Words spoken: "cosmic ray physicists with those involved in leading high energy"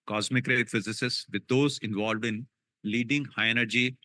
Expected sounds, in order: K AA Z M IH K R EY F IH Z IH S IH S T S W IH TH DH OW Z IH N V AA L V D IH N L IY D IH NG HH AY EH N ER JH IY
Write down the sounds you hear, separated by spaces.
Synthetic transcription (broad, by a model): K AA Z M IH K R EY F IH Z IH S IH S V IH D OW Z IH N V AA L V D IH N L IY D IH NG HH AY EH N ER JH IY